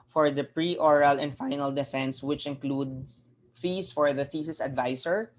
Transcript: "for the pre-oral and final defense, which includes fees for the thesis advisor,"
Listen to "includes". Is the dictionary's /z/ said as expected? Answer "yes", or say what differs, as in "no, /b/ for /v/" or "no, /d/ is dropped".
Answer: no, /z/ is dropped